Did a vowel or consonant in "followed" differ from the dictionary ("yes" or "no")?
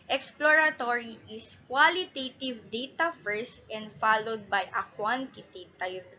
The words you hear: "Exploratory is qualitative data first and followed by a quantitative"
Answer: no